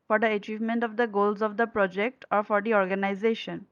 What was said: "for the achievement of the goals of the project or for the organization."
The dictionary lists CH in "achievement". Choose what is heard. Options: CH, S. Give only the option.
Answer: CH